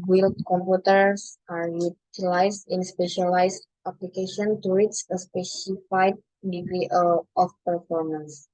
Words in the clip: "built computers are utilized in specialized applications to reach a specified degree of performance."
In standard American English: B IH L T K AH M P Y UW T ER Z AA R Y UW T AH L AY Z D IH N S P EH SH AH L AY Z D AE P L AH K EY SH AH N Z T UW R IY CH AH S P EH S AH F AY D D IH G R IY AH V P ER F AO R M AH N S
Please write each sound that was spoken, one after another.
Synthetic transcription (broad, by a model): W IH L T K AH M P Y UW T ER S AA R Y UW T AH L AY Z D IH N S P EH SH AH L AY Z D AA P L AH K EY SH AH N T UW W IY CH AH S P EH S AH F AY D D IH G R IY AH F P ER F AO R M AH N S